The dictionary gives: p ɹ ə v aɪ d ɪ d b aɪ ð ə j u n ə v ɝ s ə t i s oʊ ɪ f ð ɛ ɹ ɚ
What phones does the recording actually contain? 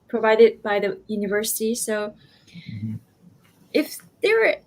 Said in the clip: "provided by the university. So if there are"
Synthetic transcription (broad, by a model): p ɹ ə v aɪ d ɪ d b aɪ ð ə j u n ə v ɝ s ə t i s oʊ ɪ f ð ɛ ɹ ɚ